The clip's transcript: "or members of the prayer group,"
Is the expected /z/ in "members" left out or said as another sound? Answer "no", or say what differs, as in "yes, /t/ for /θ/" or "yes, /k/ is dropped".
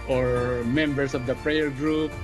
yes, /s/ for /z/